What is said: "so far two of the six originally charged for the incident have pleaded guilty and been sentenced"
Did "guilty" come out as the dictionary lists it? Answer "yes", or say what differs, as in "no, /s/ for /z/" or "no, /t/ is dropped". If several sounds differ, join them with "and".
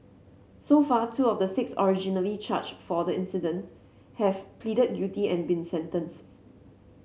no, /l/ is dropped